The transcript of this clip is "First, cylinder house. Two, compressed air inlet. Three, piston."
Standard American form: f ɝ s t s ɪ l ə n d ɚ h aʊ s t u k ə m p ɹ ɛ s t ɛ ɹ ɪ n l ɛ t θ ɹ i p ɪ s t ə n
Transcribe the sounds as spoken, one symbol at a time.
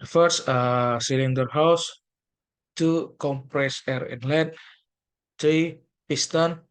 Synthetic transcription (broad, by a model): f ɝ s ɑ s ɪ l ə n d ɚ h aʊ s t u k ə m p ɹ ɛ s ɛ ɹ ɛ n l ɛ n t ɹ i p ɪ s t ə n